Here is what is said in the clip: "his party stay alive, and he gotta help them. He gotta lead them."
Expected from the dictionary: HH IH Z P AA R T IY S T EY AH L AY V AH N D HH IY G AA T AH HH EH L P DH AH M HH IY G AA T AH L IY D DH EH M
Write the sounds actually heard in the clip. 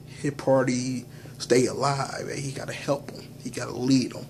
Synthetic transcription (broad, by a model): HH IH P AA R T IY S T EY AH L AY V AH HH IY G AA T AH HH EH L P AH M HH IY G AA T AH L IY D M